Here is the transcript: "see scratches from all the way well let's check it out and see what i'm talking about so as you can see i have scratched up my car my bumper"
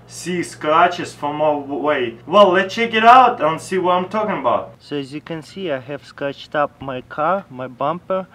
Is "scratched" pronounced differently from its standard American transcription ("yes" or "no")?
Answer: no